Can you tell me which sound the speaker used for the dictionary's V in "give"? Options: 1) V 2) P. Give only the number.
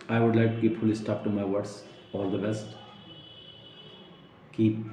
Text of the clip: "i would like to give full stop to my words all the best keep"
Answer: 2